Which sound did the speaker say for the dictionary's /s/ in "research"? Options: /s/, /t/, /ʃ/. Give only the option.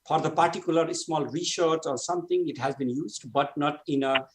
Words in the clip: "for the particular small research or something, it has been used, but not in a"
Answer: /ʃ/